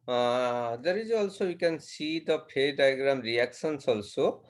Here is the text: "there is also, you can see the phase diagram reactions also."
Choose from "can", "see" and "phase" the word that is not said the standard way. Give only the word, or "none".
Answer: phase